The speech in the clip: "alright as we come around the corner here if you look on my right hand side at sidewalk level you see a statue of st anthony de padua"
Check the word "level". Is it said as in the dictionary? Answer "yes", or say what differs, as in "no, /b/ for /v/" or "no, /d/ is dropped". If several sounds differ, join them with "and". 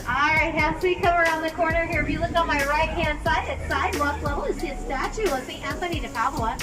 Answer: no, /v/ is dropped